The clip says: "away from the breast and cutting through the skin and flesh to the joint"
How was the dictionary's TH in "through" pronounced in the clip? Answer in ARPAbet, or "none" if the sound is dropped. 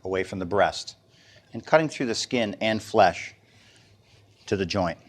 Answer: TH